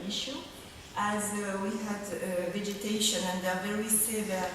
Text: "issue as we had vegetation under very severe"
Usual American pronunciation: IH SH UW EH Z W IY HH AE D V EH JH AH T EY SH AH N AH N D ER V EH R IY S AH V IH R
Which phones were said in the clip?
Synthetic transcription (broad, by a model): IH SH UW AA Z W IY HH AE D V EH JH AH T EY SH AH N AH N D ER V EH R IY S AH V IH